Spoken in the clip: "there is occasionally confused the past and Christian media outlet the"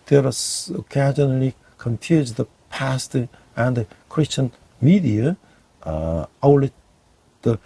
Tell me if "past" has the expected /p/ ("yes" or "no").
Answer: yes